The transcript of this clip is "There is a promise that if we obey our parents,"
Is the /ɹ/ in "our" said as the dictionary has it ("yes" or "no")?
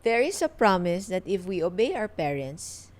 no